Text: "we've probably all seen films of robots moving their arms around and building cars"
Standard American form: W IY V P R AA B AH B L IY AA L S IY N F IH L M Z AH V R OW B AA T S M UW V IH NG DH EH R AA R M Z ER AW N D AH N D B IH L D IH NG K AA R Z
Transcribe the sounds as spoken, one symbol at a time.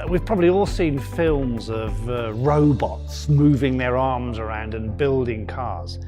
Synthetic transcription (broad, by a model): W IY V P R AA B AH B L IY AA L S IY N F IH L M Z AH V R OW B AA T S M UW V IH NG DH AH R AA R M Z ER AW N D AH N B IH L D IH NG K AA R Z